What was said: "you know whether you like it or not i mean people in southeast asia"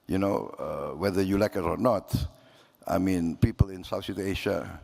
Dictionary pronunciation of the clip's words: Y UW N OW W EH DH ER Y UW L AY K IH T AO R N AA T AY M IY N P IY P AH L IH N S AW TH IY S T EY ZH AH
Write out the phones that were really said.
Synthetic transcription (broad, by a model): Y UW N OW W EH DH ER Y UW L AY K IH T AO R N AA T AY M IY N P IY P AH L IH N S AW S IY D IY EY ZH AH